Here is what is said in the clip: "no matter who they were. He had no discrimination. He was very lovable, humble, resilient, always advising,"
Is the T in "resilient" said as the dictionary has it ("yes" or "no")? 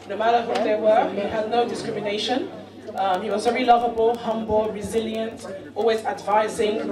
yes